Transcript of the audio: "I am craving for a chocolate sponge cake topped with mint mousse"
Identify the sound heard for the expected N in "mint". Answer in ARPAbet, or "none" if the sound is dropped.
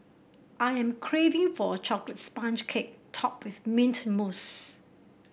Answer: N